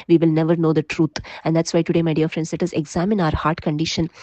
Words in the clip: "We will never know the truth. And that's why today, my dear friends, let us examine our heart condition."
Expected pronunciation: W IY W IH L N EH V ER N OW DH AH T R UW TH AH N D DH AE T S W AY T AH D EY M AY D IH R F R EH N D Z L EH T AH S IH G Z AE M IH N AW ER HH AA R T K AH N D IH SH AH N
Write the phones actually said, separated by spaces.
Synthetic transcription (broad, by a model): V IY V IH L N EH V ER N OW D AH T R UW T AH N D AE T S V AY T AH D EY M AY D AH R F R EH N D S L EH T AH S IH G Z AE M IH N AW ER HH AA R T K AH N D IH SH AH N